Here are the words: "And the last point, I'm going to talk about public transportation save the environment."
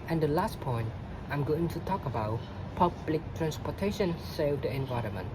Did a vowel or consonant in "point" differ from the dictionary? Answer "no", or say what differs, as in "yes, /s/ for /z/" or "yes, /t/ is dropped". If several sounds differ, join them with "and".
no